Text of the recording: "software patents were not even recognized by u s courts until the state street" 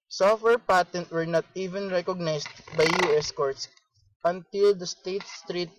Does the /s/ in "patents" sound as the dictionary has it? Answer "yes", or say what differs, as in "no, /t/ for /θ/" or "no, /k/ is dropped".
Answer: no, /s/ is dropped